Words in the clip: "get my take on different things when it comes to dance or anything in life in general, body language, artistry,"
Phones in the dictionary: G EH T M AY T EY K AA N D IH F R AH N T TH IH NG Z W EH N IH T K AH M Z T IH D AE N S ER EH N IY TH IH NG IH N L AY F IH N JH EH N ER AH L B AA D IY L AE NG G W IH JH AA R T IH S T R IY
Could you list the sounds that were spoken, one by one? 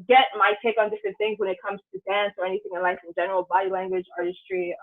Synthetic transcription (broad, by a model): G EH T M AY T EY K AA N D IH F R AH N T TH IH NG Z W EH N IH T K AH M Z T IH D AE N S ER EH N IY TH IH NG IH N L AY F IH N JH EH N ER L B AA D IY L AE NG G W IH JH AA R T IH S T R IY